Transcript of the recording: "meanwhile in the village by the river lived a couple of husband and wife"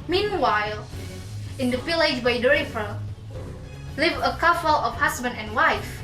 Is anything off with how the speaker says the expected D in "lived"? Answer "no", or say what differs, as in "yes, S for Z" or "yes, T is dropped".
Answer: yes, D is dropped